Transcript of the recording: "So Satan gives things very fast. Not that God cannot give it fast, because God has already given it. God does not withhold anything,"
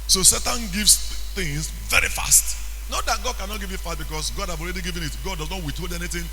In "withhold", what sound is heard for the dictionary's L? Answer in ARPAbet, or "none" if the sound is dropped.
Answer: none